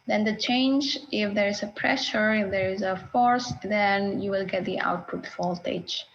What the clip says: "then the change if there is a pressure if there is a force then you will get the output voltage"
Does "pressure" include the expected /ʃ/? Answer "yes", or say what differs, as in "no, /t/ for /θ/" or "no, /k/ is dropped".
yes